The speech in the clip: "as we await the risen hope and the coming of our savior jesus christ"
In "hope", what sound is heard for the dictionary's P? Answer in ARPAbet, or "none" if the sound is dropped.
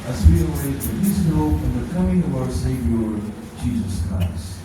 F